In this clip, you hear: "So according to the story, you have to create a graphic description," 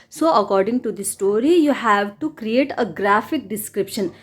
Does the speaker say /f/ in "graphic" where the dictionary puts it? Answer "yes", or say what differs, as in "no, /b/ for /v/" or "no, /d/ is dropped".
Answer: yes